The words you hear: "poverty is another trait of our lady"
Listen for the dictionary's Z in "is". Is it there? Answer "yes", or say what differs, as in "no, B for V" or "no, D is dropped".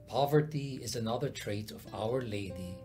yes